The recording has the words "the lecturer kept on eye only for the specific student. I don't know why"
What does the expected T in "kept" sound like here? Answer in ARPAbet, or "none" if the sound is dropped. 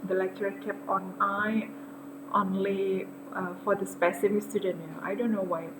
none